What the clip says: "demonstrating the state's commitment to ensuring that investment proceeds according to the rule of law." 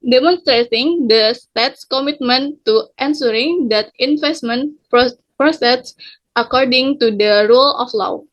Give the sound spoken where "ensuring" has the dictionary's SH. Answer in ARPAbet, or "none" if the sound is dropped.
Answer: S